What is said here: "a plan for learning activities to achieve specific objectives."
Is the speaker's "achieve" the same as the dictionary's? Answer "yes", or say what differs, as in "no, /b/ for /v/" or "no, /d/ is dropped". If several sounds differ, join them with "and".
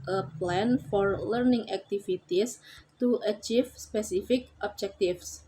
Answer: no, /f/ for /v/